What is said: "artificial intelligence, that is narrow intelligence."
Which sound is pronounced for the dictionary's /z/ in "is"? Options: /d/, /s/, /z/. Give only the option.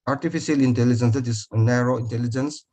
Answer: /s/